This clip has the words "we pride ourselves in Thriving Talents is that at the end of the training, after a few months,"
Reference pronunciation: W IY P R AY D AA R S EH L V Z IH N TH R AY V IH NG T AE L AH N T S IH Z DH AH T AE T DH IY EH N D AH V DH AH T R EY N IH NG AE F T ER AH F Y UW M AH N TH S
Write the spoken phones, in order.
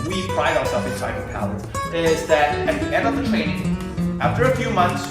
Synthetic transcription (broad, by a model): W IY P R AY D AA R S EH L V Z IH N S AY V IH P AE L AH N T IH Z DH AH T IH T DH IY EH N D AH V DH AH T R EY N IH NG AE F T ER AH F Y UW M AH N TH S